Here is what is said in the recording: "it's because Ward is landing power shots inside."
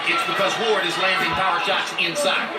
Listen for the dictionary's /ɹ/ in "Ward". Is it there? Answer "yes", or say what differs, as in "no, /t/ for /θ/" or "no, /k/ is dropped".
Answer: yes